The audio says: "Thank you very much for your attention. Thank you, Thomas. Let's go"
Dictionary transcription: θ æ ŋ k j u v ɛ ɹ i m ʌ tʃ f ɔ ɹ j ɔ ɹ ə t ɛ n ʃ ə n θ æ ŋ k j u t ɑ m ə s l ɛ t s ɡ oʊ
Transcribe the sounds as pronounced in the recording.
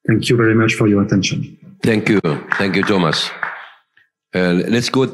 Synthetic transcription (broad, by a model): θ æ ŋ k j u v ɛ ɹ i m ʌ tʃ f ɔ ɹ j ɔ ɹ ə t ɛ n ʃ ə n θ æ ŋ k j u t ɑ m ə s l ɛ t s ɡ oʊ